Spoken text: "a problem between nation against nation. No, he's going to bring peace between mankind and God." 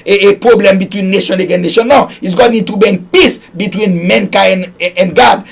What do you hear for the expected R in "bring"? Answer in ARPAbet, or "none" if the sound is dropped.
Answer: none